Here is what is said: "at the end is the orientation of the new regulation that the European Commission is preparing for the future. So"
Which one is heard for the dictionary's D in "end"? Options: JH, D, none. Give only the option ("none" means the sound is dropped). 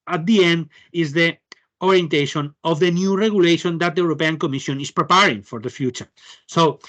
D